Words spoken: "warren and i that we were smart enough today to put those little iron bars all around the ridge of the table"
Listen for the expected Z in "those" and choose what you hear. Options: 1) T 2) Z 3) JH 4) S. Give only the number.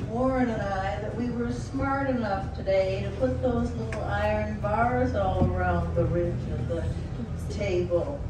2